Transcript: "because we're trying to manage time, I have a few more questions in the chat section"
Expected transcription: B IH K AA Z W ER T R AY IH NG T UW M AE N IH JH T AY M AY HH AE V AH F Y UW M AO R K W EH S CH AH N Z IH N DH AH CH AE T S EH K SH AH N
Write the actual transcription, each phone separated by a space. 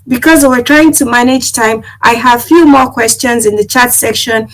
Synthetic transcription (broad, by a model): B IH K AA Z W ER T R AY IH NG T UW M AE N IH JH T AY M AY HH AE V F Y UW M AO R K W EH S CH AH N Z IH N DH AH CH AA T S EH K SH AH N